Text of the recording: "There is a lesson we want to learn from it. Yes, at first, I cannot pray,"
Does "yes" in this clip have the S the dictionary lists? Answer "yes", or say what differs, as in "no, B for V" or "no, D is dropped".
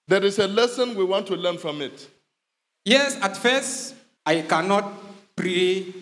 yes